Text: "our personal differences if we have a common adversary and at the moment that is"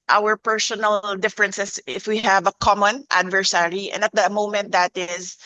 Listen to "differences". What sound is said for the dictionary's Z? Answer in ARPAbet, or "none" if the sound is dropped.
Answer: S